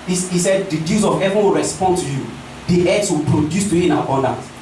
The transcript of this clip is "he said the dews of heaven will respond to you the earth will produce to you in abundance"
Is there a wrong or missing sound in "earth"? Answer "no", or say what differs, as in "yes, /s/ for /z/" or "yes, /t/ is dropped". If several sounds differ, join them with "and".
yes, /s/ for /θ/